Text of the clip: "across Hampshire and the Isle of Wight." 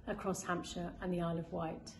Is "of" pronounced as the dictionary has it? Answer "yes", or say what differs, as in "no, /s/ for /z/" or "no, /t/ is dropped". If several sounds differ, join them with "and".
yes